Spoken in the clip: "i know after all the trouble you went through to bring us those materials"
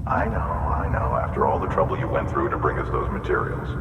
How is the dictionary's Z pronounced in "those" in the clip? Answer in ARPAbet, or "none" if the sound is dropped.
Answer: Z